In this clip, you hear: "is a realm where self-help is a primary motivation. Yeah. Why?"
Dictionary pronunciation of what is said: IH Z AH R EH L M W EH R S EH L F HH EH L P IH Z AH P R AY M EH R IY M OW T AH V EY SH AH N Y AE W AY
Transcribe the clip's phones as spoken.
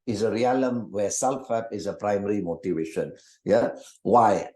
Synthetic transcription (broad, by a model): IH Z AH R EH L M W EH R S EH L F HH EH P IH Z AH P R AY M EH R IY M OW T AH V EY SH AH N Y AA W AY